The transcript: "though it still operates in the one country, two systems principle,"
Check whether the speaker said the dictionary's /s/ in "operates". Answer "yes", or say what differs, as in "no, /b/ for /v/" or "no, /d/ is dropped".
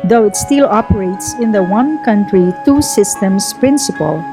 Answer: yes